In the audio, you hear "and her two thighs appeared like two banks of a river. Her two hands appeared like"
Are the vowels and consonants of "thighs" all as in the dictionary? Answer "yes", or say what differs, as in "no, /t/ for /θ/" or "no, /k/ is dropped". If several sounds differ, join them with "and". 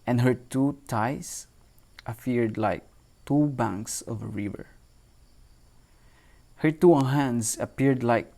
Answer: no, /t/ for /θ/